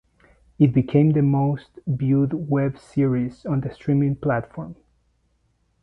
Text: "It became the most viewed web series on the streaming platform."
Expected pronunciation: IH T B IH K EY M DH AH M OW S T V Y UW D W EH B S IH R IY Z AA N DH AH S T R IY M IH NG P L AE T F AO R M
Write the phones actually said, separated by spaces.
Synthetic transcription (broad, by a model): IH T B IH K EY M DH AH M OW S T B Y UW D W EH B S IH R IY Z AA N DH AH S T R IY M IH NG P L AE T F AO R M